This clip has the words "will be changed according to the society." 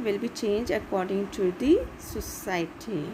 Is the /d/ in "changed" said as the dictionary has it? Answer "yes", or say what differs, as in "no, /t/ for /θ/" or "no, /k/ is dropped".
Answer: no, /d/ is dropped